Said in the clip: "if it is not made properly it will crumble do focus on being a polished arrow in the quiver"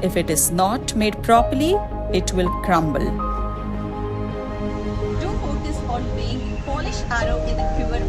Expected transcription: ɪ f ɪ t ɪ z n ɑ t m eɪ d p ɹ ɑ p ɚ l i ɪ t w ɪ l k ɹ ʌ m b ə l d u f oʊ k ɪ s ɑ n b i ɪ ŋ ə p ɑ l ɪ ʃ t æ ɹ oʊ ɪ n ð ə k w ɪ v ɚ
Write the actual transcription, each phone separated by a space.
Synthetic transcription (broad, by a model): ɪ f ɪ t ɪ z n ɑ t m eɪ d p ɹ ɑ p ɚ l i ɪ t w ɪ l k ɹ ʌ m b ə l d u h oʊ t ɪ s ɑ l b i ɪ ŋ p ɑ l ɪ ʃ æ ɹ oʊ ɪ n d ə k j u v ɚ